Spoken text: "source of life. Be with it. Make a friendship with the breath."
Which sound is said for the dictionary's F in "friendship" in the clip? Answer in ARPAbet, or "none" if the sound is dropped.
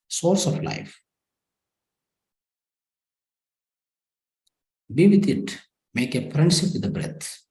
P